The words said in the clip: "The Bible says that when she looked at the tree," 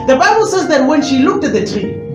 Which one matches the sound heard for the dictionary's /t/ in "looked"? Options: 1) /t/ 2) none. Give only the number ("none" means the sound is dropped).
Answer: 1